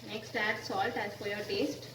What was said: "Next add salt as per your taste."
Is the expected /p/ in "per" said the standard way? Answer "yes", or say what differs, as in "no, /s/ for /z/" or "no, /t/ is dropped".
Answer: no, /f/ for /p/